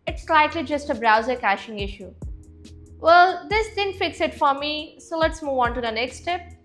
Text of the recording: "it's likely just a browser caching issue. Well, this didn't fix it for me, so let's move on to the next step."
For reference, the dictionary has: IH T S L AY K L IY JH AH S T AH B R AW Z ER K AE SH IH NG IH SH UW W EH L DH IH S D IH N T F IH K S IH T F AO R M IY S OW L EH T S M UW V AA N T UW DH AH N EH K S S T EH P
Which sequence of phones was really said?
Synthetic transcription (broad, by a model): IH T S L AY K L IY JH AH S T AH B R AW Z ER K AE SH IH NG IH SH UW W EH L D IH S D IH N F IH K S IH T F AO R M IY S OW L EH T S M UW V AA N T UW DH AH N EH K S S T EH P